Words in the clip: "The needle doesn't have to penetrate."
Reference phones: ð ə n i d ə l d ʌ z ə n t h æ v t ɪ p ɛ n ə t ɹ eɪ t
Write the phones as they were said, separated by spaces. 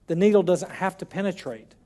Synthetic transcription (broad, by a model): ð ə n i d l d ʌ z ə n t h æ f t ɪ p ɛ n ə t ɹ eɪ t